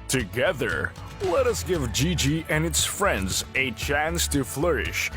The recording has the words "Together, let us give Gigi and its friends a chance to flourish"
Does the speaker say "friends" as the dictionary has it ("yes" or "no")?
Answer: yes